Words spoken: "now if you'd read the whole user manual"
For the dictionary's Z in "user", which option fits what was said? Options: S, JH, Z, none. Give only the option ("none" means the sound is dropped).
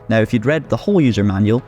Z